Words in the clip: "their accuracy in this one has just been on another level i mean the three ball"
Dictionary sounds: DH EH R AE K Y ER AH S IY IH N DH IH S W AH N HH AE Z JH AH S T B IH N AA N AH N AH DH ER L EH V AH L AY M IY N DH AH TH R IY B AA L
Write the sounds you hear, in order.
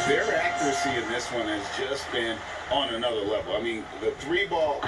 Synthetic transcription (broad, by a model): DH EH R AE K Y ER AH S IY IH N DH IH S W AH N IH Z JH AH S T B IH N N AH N AH DH ER L EH V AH L AY M IY N DH AH TH R IY B AA L